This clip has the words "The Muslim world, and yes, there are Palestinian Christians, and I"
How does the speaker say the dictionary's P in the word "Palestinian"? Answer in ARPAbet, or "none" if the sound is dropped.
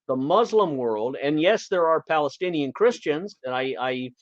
P